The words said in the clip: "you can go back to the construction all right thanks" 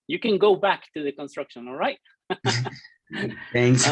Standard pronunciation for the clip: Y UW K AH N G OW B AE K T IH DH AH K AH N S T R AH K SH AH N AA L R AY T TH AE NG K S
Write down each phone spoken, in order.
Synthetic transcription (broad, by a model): Y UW K AH N G OW B AE K T IH DH AH K AH N S T R AH K SH AH N AA L R AY T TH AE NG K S